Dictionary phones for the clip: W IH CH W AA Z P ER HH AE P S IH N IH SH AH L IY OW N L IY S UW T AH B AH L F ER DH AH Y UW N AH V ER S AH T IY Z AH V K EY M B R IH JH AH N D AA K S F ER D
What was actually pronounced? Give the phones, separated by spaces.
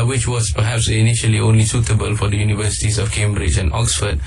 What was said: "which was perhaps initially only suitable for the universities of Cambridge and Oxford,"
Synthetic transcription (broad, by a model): W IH CH W AA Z P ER HH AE P S IH N IH SH AH L IY OW N L IY S UW T AH B AH L F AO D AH Y UW N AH V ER S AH T IY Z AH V K EY M B R IH JH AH N AA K S F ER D